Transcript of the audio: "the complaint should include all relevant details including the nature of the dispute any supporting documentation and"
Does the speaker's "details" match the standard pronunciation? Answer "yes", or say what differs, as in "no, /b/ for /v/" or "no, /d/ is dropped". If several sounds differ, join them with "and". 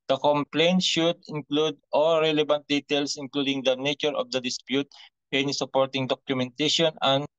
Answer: no, /s/ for /z/